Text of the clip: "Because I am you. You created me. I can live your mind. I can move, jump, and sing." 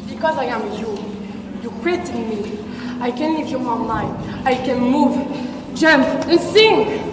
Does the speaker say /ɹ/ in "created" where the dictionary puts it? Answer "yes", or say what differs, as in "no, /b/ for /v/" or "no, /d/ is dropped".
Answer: no, /w/ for /ɹ/